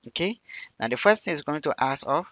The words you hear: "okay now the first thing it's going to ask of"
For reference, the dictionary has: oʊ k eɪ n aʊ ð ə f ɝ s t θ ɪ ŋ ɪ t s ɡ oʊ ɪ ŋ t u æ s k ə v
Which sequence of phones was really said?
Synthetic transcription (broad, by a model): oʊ k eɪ n aʊ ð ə f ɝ s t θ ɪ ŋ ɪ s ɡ oʊ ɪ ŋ t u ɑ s ə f